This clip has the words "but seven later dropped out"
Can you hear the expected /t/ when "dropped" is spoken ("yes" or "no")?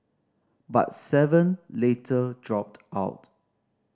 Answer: yes